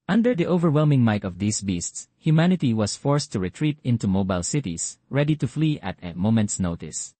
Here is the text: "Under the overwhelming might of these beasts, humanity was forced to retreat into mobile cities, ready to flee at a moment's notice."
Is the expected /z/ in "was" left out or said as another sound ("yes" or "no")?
yes